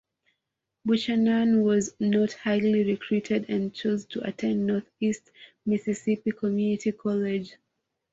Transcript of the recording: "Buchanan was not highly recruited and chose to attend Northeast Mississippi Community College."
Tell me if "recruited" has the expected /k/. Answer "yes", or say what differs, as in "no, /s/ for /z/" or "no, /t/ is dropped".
yes